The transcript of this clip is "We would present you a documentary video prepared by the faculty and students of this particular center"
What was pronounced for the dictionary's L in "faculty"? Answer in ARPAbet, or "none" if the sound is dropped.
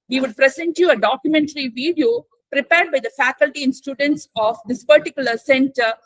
L